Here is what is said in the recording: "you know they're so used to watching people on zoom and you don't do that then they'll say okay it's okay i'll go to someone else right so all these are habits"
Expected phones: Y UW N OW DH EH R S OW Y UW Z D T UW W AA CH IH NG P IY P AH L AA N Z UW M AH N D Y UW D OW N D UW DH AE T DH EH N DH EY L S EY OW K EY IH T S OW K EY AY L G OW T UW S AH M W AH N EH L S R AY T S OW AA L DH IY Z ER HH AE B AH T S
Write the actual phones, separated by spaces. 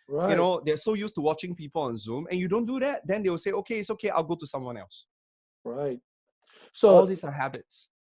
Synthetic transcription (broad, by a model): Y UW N OW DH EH S OW Y UW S T UW W AA CH IH NG P IY P AH L AA N Z UW M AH N Y UW D OW N D UW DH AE T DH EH N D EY W S EY OW K EY IH T S OW K EY AY L G OW T UW S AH M W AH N EH L S R AY T S OW AA L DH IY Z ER HH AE B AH T S